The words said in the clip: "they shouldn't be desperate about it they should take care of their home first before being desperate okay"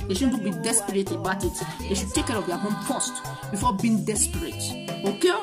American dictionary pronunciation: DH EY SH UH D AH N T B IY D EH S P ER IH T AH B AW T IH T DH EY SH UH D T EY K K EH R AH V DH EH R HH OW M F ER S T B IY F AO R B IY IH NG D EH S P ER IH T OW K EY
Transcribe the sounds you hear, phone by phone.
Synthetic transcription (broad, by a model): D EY SH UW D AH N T B IY D EH S P ER IH T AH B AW T IH T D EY SH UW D T EY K K EH R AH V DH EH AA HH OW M P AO S T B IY F AO B IY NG D EH S P ER IH T OW K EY